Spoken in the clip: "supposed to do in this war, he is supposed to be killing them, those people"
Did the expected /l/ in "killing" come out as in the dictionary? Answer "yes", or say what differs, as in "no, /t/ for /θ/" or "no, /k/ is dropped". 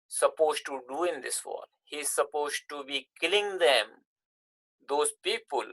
yes